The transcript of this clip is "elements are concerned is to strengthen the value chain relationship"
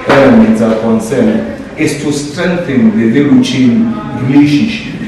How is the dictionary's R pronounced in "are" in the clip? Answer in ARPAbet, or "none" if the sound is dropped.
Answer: L